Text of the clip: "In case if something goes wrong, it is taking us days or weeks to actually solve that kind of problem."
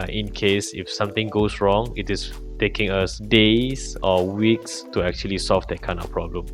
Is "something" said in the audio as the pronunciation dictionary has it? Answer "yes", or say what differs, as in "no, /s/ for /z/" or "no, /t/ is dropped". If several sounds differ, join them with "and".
no, /t/ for /θ/